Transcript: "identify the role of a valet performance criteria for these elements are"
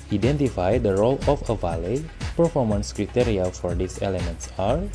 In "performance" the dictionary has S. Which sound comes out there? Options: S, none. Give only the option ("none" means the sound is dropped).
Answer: S